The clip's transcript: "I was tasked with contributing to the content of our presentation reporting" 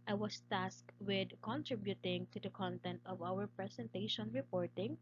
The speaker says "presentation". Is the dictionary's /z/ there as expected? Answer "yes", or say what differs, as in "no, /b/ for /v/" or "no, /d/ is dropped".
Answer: no, /s/ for /z/